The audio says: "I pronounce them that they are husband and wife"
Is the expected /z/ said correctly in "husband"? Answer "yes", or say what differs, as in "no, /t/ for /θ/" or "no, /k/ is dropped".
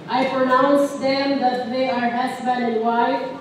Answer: no, /s/ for /z/